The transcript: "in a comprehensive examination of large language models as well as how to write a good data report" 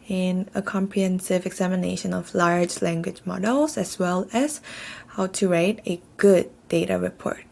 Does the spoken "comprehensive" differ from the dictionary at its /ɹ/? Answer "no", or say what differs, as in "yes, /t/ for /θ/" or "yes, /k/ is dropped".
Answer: no